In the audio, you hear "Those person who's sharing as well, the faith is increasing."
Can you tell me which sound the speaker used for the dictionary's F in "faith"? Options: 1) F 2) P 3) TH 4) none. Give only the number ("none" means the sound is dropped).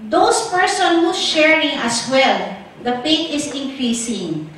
2